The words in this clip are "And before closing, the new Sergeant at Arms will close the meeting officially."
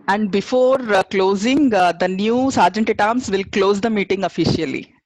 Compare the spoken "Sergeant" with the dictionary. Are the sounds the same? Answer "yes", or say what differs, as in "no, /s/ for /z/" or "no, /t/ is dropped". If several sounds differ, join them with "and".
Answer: yes